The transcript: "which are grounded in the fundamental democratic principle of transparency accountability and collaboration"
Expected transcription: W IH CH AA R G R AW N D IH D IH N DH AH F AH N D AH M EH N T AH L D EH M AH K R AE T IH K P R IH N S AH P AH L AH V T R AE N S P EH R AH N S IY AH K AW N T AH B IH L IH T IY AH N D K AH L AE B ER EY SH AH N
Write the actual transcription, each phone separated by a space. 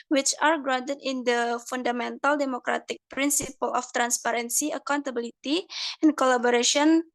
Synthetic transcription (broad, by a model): W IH CH AA R G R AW D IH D IH N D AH F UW N D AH M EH N T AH L D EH M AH K R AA T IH K P R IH N S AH P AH L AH F T R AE N S P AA R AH N S IY AH K AW N T AH B IH L IH T IY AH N K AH L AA B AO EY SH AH N